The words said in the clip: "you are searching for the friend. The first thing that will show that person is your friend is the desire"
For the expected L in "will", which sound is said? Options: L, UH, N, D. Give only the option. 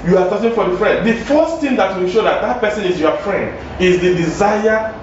N